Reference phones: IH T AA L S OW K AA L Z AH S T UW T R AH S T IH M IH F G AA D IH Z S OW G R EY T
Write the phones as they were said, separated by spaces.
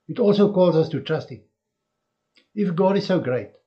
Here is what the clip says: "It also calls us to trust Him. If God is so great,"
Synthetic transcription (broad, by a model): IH T AA L S OW K AA L Z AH S T UW T R AH S T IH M IH F G AA D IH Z S OW G R EY T